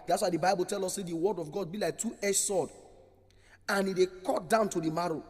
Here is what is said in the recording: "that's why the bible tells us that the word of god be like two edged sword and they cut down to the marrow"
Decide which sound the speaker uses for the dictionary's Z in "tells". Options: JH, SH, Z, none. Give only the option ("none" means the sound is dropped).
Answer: none